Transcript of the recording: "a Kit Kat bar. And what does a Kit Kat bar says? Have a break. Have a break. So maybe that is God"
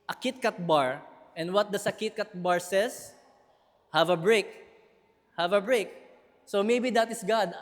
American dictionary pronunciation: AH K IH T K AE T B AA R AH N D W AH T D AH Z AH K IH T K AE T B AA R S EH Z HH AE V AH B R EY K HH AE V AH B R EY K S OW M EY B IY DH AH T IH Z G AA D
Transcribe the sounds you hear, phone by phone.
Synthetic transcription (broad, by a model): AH K IH T K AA T B AA R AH N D W AH T D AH S AH K IH T K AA T B AA R S EH S HH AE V AH B R EY K HH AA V AH B R EY K S OW M EY B IY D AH T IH S G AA D